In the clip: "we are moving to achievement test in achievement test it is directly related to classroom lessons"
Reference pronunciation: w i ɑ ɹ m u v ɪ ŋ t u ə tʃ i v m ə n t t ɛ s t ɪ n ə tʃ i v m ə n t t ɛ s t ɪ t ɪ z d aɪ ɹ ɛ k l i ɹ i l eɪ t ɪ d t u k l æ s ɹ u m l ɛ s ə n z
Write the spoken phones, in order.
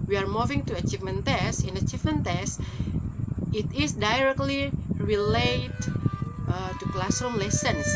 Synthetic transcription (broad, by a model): w i ɑ ɹ m u v ɪ ŋ t u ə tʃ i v m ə n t t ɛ s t ɪ n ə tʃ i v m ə n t t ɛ s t ɪ t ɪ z d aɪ ɹ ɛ k l i ɹ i l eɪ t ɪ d t u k l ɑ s ɔ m l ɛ s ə n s